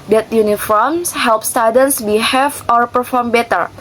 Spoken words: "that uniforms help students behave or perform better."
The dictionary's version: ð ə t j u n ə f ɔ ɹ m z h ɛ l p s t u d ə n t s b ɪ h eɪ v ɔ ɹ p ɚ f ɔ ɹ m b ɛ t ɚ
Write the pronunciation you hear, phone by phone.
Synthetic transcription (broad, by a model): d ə t j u n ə f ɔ ɹ m s h ɛ l p s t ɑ d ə n s b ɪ h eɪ f ɔ ɹ p ɚ f ɔ ɹ m b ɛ t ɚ